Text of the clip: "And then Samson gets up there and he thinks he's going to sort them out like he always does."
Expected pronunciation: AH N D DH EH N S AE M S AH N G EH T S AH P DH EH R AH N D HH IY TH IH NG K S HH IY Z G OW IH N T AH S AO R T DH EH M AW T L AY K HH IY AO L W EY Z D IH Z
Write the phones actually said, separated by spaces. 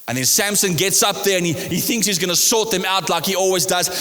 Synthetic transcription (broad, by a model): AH N DH EH N S AE M S AH N G EH T S AH P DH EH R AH N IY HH IY TH IH NG K S HH IY Z G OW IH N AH S AO T DH EH M AW T L AY K HH IY AO L W EY Z D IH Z